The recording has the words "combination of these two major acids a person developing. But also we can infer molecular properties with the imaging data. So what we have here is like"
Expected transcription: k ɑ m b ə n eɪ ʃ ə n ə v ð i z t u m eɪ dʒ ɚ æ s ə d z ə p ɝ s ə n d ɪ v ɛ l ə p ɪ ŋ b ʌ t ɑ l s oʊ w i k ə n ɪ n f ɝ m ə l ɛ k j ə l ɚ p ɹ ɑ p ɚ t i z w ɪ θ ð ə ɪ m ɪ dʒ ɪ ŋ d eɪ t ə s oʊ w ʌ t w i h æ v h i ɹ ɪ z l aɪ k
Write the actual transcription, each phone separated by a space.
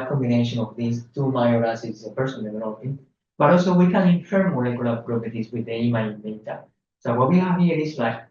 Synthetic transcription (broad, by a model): k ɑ m b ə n eɪ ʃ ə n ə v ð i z t u m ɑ ɪ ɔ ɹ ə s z ə p ɝ s ə n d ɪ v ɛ n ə ɪ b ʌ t ɑ l s oʊ w i k ə n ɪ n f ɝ m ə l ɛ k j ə l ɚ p ɹ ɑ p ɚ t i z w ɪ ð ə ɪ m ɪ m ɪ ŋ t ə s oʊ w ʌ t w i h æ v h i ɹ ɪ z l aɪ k